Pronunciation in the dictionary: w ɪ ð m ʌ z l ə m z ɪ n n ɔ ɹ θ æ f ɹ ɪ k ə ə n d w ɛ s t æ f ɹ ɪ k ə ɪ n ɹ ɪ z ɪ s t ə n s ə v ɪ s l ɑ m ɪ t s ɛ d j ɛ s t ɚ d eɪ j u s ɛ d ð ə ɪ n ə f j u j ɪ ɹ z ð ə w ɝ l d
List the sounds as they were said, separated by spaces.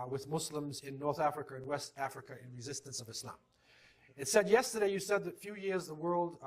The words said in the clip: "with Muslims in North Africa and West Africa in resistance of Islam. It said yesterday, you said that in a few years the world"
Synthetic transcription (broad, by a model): w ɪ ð m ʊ s l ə m z ɪ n n ɔ ɹ θ æ f ɹ ɪ k ə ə n w ɛ s t æ f ɹ ɪ k ə ɪ n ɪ z ɪ s t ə n s ə v ɪ s l ɑ m ɪ t s ɛ d j ɛ s t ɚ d eɪ j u s ɛ d ð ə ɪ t ə f j u j ɪ ɹ z ð ə w ɝ l d